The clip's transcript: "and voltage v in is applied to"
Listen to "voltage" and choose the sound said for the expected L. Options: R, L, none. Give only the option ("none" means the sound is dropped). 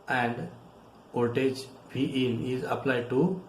none